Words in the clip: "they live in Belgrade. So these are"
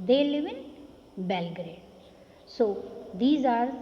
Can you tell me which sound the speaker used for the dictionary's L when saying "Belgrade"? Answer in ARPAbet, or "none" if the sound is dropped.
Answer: L